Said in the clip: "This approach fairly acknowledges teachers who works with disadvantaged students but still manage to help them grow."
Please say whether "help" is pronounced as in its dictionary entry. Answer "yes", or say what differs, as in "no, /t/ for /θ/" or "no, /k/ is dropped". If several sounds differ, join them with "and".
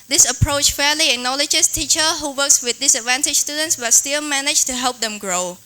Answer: yes